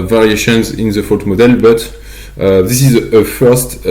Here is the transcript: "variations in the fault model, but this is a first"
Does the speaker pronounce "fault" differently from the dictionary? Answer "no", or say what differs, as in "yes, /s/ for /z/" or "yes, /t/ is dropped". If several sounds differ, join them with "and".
yes, /l/ is dropped